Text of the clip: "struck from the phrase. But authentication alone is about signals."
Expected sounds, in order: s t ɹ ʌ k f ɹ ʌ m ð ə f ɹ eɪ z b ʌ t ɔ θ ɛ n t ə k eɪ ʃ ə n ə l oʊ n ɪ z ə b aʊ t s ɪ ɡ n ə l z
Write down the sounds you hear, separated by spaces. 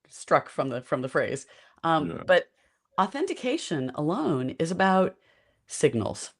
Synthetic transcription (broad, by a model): s t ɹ ʌ k f ɹ ʌ m ð ə f ɹ eɪ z b ʌ t ɔ θ ɛ n t ə k eɪ ʃ ə n ə l oʊ n ɪ z ə b aʊ t s ɪ ɡ n l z